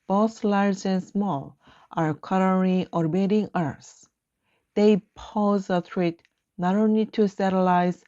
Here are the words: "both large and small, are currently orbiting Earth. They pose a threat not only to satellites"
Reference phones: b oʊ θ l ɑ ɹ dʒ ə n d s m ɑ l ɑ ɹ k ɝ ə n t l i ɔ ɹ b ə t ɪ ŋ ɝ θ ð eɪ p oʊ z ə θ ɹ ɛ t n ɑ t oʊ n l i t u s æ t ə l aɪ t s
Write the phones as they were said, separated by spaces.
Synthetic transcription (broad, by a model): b oʊ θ l ɑ ɹ dʒ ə n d s m ɑ l ɑ ɹ k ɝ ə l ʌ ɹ i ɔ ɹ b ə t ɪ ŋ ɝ s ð eɪ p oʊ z ə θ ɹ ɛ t n ɑ t oʊ n l i t u s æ t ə l aɪ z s